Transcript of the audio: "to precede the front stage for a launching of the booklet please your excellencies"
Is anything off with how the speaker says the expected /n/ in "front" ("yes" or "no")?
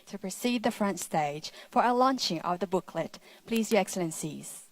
no